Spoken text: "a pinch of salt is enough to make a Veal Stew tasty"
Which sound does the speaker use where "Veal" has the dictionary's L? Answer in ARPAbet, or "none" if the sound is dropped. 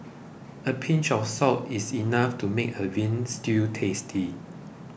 N